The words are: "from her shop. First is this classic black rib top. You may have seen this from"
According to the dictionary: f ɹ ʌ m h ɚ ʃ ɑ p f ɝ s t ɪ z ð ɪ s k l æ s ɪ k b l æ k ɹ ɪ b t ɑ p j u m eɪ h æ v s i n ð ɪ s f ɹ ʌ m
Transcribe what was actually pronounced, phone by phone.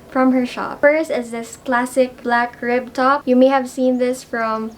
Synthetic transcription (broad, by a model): f ɹ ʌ m h ɚ ʃ ɑ p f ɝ s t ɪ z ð ɪ s k l æ s ɪ k b l æ k ɹ ɪ b t ɑ p j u m eɪ h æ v s i n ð ɪ s f ɹ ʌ m